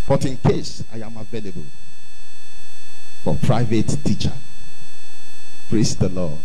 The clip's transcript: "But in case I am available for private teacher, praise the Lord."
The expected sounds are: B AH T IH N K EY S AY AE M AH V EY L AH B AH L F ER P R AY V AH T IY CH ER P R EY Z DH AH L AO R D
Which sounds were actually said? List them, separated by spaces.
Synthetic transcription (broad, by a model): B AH T IH N K EY S AY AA M AH V EY L AH B AH L F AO P R AY V AH T IY CH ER P R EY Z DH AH L AO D